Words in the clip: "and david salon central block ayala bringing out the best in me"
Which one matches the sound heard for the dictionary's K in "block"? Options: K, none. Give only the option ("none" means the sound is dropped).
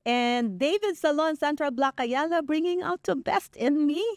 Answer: K